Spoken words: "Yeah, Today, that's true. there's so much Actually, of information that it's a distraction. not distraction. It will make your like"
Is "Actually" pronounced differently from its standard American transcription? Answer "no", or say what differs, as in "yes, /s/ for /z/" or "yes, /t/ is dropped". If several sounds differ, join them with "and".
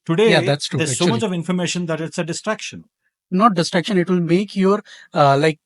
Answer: yes, /l/ is dropped